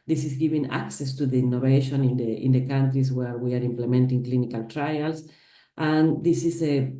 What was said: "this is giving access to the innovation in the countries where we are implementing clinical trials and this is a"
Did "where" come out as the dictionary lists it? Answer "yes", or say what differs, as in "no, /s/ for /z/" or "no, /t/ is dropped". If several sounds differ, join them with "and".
yes